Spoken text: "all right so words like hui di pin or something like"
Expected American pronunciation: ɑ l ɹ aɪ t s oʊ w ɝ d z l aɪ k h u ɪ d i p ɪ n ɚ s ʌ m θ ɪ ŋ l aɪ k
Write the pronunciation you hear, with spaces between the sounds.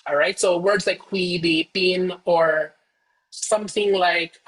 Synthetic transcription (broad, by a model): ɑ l ɹ aɪ t s oʊ w ɝ d z l aɪ k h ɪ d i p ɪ n ɚ s ʌ m θ ɪ ŋ l aɪ k